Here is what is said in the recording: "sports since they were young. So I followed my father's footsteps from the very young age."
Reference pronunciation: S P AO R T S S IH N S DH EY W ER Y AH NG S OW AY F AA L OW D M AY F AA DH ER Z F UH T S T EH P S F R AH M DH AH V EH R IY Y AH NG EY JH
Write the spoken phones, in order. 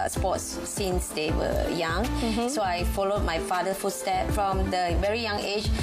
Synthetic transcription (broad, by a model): S P AO T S S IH N S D EY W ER Y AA NG S OW AY F AA L OW D M AY F AA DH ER F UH T S T EH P F R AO M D AH V EH R IY Y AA NG EY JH